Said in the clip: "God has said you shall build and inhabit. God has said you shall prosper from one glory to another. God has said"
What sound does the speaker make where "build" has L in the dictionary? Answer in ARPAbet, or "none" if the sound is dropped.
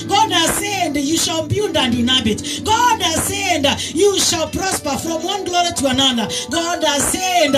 N